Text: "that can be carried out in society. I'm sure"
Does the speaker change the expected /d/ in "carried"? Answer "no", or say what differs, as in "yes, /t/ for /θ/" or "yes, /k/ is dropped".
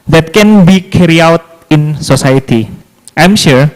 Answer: yes, /d/ is dropped